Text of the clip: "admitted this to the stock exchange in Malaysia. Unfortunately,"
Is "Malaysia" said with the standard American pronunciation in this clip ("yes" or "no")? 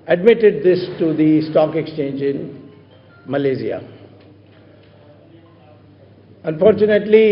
no